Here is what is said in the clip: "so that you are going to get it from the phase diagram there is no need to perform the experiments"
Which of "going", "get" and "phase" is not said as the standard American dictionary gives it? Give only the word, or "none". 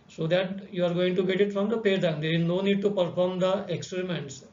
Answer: phase